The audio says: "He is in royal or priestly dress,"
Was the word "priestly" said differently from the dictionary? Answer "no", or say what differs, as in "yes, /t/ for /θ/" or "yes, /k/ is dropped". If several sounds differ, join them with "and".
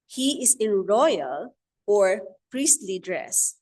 no